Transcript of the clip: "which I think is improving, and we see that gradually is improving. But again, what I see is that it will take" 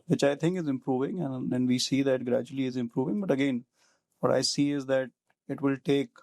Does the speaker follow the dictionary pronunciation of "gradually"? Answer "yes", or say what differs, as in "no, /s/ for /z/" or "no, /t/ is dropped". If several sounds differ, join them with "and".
yes